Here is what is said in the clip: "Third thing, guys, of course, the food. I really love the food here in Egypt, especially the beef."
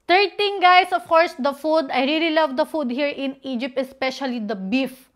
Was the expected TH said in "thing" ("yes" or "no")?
no